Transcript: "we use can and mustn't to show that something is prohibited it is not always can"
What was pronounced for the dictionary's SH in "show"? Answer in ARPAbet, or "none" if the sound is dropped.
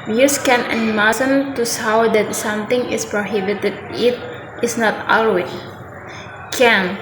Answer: S